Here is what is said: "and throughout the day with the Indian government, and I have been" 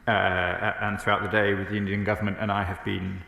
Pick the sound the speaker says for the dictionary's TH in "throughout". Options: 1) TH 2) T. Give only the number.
1